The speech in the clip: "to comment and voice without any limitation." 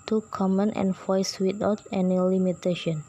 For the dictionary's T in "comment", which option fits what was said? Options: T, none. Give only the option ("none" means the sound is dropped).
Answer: T